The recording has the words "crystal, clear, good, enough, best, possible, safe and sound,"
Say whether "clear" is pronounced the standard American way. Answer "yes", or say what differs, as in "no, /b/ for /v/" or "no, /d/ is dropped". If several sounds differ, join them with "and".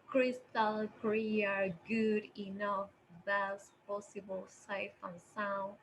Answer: no, /l/ is dropped